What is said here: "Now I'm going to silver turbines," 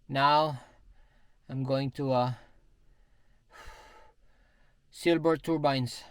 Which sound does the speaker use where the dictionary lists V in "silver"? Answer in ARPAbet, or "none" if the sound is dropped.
B